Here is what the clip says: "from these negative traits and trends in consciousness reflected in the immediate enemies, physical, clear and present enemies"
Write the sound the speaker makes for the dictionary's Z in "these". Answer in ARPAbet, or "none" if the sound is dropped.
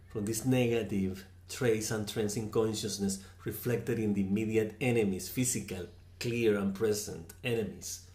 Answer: S